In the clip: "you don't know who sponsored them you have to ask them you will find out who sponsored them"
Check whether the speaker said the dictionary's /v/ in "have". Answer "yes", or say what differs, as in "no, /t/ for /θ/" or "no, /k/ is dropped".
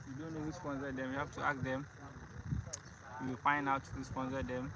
no, /f/ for /v/